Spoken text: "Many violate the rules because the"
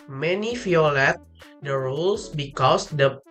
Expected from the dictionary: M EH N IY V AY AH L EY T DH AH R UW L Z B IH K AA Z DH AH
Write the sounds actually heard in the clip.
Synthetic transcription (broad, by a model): M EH N IY F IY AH L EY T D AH R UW L S B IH K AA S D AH